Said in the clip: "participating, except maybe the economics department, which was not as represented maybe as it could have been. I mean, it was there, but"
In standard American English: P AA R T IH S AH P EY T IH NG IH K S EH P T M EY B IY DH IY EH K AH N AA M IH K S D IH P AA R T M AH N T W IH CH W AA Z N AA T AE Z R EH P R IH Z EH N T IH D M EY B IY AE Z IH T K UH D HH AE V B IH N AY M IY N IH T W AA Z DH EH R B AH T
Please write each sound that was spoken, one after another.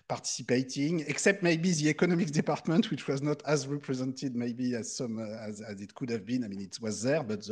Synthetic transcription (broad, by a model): P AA R T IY S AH P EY T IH NG IH K S EH P T M EY B IY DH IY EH K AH N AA M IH K D IH P AA R T M AH N T W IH CH W AA Z N AA T AE Z R EH P R IH Z EH N T IH D M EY B IY AE Z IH T K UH D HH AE V B IH N AY M IY N IH T W AA Z DH EH R B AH T